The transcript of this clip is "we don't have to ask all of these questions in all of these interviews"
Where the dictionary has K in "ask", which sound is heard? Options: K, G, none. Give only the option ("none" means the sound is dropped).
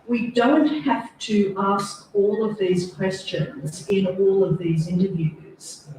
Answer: K